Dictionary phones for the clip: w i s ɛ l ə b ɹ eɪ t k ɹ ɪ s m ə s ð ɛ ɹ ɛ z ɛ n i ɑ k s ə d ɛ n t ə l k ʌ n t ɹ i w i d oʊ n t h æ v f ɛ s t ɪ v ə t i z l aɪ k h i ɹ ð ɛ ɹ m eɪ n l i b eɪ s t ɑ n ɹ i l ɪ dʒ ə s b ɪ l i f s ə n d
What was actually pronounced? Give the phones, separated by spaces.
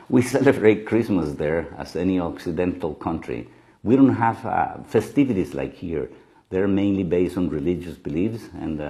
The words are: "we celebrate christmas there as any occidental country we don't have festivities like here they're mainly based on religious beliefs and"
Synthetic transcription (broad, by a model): w i s ɛ l ə b ɹ eɪ t k ɹ ɪ s m ə s ð ɛ ɹ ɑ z ɛ n i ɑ k s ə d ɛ n t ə l k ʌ n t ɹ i w i d oʊ n t h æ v f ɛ s t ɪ v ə t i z l aɪ k h i ɹ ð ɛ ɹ m eɪ n l i b eɪ s t ɑ n ɹ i l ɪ dʒ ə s b ɪ l i f s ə n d